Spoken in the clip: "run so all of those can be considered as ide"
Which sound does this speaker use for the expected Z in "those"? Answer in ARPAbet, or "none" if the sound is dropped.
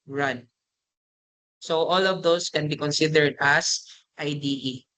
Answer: S